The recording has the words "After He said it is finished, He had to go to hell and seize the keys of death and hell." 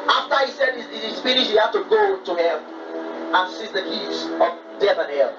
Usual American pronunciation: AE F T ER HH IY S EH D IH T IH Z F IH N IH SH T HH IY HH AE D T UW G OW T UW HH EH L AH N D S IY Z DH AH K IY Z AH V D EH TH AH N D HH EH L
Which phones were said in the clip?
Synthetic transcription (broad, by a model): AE F T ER HH IY S EH D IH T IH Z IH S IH T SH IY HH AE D T UW G OW T UW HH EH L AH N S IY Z DH AH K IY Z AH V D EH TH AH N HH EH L